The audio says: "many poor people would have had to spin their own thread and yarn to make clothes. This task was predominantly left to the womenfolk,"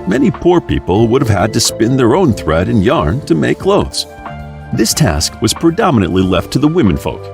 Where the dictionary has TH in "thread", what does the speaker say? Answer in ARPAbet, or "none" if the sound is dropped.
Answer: TH